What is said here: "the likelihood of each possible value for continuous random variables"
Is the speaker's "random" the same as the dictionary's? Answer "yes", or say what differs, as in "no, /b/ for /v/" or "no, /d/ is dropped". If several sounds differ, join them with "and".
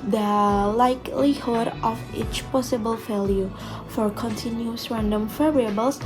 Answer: yes